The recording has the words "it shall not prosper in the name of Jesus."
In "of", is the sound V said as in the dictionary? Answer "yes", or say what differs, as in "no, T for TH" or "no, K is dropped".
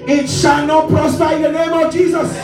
yes